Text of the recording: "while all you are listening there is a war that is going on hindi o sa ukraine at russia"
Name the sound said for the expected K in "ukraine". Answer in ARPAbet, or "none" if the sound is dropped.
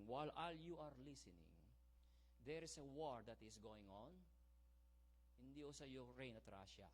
none